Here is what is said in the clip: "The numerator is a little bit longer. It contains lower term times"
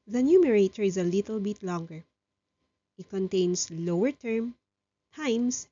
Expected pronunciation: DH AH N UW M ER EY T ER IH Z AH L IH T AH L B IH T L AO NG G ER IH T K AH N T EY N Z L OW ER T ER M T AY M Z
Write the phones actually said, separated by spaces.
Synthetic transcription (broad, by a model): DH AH N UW M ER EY T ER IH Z AH L IH T AH L B IH T L AO NG G ER IH T K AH N T EY N S L OW ER T ER M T AY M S